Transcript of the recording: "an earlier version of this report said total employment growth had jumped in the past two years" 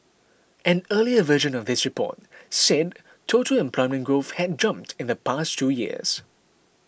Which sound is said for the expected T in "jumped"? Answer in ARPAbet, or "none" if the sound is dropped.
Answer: T